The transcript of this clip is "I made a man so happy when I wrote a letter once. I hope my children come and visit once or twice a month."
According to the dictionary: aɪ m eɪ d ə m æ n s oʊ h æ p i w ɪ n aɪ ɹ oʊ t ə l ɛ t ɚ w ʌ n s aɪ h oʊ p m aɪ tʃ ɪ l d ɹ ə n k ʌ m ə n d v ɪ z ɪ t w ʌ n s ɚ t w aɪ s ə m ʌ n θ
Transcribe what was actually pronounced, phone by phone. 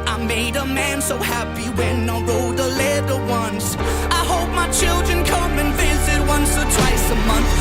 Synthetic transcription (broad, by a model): aɪ m eɪ d ə m æ n s oʊ h æ p i w ɪ n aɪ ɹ oʊ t ə l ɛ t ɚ w ʌ n s aɪ h oʊ p m aɪ tʃ ɪ l d ɹ ə n k ʌ m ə n v ɪ z ɪ t w ʌ n s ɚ t w aɪ s ə m ʌ n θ